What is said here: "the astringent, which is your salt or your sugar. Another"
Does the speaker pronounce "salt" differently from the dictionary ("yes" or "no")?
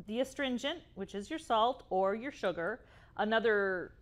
no